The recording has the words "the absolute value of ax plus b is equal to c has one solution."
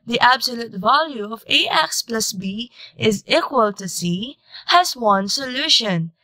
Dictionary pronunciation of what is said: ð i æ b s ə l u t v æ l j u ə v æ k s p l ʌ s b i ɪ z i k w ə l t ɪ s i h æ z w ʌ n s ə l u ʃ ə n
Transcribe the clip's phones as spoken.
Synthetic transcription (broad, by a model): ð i æ b s ə l u t v æ l j u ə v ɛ k s p l ʌ s b i ɪ z i k w ə l t ɪ s i h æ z w ʌ n s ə l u ʃ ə n